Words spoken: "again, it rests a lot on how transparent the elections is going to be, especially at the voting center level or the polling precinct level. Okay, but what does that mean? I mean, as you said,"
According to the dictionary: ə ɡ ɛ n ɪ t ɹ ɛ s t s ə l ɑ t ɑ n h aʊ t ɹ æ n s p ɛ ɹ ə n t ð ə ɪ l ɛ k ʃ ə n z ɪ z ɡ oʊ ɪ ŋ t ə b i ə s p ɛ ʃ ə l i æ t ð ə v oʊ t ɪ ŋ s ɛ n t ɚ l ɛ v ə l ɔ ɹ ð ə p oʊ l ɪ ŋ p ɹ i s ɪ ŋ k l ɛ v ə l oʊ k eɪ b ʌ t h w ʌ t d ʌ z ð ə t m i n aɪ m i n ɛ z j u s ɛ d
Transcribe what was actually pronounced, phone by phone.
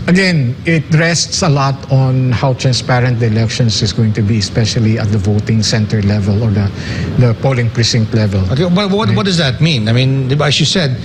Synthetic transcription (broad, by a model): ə ɡ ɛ n ɪ t ɹ ɛ s t s ə l ɑ t ɑ n h aʊ t ɹ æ n s p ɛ ɹ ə n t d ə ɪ l ɛ k ʃ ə n s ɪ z ɡ oʊ ɪ ŋ t ə b i ə s p ɛ ʃ ə l i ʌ t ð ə v oʊ t ɪ ŋ s ɛ n t ɚ l ɛ v ə l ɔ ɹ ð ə p oʊ l ɪ ŋ p ɹ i s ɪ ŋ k l ɛ v ə l oʊ k eɪ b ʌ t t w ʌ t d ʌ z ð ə t m i n aɪ m i n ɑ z j u s ɛ d